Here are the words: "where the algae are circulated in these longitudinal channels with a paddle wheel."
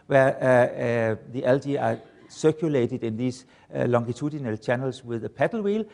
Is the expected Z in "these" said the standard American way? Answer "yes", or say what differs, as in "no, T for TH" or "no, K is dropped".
no, S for Z